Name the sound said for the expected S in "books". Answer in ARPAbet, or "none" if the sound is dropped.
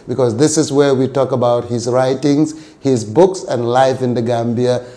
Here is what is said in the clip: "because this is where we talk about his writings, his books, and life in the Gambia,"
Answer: S